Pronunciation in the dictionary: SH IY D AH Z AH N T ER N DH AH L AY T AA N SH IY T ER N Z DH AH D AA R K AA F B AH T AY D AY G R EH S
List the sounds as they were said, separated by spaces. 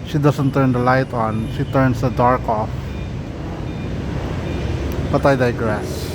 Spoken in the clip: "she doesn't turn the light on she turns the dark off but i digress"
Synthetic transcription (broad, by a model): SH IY D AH S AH N T ER N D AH L AY T AA N SH IY T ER N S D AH D AA R K AA F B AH T AY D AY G R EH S